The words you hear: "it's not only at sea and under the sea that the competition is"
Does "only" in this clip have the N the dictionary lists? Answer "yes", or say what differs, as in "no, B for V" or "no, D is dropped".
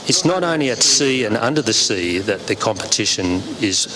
yes